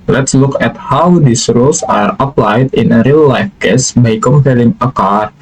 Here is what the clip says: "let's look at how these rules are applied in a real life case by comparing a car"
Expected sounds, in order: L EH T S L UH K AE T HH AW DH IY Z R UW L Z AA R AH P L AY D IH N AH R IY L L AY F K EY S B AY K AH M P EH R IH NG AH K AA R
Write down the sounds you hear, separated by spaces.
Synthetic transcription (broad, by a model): L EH T S L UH K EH T HH AW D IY S R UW L S AA R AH P L AY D IH N AH R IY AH L AY F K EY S B AY K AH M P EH L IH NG AH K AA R